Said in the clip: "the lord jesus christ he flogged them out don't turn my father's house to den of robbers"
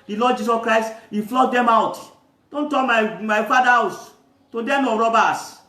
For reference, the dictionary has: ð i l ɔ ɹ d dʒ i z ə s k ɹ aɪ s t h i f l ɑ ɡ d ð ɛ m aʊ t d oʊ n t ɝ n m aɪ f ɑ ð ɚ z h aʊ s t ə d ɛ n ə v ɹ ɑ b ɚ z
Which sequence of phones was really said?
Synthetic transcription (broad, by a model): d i l ɔ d dʒ i s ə s k ɹ aɪ s t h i f l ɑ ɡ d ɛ m aʊ t d oʊ n t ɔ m m aɪ f ɑ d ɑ h aʊ s t ə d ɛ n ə ɹ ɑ b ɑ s